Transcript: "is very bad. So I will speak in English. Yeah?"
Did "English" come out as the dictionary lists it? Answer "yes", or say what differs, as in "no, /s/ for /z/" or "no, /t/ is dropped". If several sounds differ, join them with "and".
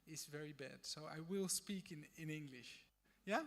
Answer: yes